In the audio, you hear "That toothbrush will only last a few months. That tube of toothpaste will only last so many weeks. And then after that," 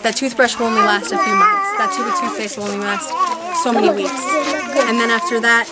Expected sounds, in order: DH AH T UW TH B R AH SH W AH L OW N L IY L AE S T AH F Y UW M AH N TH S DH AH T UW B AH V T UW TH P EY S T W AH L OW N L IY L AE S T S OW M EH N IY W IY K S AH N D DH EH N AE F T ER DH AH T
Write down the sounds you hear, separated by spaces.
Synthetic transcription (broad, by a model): DH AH T UW TH B R AH SH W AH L OW N L IY L AE S T AH F Y UW M AH N TH S DH AH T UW AH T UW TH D EY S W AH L OW N L IY L AE S T S OW M EH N IY W IY K S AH N DH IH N AE F T ER DH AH T